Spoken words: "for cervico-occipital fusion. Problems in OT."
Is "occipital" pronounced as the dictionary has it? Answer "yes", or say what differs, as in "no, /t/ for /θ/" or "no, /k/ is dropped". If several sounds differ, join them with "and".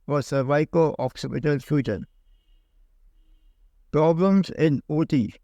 yes